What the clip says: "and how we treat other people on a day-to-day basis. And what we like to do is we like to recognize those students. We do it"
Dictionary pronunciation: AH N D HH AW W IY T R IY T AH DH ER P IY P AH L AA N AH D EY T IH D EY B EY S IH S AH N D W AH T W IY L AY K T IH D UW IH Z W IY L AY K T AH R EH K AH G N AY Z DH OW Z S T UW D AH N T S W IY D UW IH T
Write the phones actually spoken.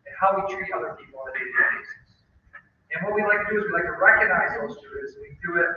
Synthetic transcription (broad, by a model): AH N HH AW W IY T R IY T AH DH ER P IY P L AH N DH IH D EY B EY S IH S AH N W AH T W IY L AY K T IH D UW IH Z W IY L AY K T AH R EH K AH G N AY Z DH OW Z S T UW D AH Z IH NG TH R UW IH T